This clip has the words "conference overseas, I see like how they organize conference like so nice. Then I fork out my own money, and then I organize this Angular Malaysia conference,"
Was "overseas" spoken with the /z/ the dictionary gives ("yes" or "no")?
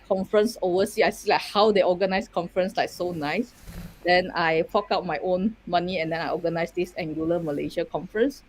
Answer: no